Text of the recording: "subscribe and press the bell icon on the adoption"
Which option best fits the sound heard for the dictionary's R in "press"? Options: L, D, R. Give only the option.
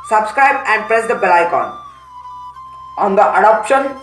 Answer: R